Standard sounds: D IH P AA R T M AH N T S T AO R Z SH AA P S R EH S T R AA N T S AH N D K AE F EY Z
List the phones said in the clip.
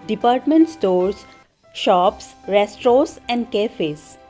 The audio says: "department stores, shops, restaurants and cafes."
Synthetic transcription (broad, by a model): D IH P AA R T M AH N T S T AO R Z SH AA P S R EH S T R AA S AH N D K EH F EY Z